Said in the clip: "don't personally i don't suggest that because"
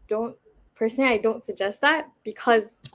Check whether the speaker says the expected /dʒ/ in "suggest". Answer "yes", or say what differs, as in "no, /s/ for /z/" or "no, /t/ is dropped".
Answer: yes